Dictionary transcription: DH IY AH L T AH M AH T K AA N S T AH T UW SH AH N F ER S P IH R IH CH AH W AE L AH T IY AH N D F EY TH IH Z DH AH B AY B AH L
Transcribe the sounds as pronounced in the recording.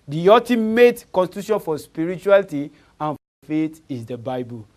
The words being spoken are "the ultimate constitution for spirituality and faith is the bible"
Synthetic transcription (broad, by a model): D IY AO T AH M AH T K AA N S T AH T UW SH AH N F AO S P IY R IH CH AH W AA L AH T IY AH N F F EY T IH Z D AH B AY B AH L